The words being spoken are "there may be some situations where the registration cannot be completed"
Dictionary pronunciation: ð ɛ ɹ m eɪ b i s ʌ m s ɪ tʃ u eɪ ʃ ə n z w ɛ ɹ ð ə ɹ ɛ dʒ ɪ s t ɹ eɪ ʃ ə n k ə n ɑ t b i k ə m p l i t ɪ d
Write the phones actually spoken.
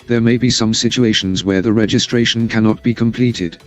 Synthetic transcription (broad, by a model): ð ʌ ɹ m eɪ b i s ʌ m s ɪ tʃ u eɪ ʃ ə n z w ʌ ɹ ð ə ɹ ɛ dʒ ɪ s t ɹ eɪ ʃ ə n k ə n ɑ t b i k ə m p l i t ɪ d